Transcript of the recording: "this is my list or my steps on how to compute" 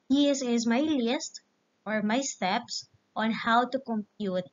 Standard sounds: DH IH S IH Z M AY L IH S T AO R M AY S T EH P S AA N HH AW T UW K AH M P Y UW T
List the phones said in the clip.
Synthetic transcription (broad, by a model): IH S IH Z M AY L IH S T AO R M AY S T EH P S AA N HH AW T UW K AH M P Y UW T